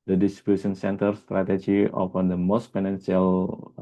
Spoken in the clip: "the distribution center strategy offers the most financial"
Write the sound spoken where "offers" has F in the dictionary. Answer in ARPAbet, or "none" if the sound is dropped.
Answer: P